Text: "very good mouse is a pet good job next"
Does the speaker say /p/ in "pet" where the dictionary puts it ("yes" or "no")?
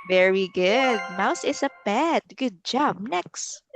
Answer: no